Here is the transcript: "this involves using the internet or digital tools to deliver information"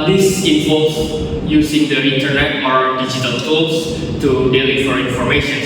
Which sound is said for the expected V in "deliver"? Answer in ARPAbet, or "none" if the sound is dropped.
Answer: F